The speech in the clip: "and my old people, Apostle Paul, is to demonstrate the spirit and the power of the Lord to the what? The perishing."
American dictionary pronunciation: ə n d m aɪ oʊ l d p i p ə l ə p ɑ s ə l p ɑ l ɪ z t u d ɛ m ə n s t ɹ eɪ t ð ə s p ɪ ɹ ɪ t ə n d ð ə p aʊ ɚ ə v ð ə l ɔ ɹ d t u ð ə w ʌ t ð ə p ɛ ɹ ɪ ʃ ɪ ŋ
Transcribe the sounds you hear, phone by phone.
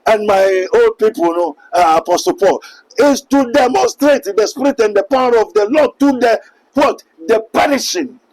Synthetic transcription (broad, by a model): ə n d m aɪ oʊ l d p i p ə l ə p ɑ s ə l p ɑ l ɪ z t u d ɛ m ə n s t ɹ eɪ t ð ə s p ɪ ɹ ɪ t ə n d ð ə p aʊ ɚ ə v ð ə l ɔ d t u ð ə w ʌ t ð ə p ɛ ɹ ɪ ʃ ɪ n